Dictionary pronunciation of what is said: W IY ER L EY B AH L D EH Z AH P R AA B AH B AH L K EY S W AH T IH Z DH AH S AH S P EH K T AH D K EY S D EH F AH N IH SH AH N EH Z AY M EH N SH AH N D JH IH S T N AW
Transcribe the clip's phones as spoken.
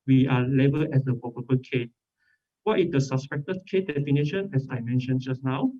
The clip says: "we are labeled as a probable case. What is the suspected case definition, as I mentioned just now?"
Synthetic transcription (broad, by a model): W IY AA L EY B AH L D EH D AH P AA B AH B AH K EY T W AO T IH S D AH S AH S P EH K T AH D K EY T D EH F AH N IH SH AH N EH S AY M EH N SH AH N JH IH S N AW